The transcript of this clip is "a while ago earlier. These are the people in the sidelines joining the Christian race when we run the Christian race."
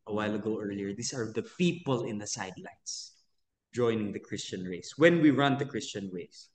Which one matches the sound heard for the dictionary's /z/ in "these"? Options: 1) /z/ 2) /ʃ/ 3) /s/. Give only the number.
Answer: 3